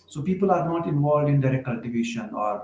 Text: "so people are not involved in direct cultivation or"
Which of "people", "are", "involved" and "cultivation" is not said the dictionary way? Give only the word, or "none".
none